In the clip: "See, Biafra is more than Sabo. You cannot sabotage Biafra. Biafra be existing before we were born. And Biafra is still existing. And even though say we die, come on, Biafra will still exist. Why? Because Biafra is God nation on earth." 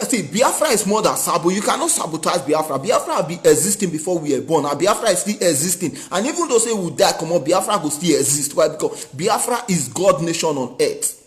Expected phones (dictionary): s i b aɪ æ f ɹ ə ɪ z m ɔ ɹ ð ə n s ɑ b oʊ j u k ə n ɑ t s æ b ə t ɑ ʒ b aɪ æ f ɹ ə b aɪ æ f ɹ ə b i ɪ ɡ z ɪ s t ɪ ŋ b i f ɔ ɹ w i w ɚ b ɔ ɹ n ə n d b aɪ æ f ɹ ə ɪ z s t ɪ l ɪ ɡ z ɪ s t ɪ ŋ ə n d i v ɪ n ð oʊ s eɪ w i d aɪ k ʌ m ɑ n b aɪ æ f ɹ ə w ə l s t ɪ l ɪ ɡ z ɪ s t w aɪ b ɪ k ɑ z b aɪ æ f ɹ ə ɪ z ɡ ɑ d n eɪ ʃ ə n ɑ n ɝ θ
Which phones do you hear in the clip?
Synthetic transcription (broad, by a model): s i b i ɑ f ɹ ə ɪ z m ɔ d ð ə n s ɑ b oʊ j u k ə n ɑ t s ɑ b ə t ɑ z b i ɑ f ɹ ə b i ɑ f ɹ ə b i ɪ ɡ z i s t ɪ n b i f ɔ w i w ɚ b ɔ n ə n b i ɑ f ɹ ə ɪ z s t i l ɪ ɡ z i s t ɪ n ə n i v ɪ n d oʊ s eɪ w i d aɪ k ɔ m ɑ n b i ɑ f ɹ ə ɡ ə s t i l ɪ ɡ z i s t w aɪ b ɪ k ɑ b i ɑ f ɹ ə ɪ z ɡ ɑ d n eɪ ʃ ə n ɑ n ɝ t